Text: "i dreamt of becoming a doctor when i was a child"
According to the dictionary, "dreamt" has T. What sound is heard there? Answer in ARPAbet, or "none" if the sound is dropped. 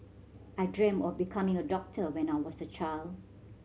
none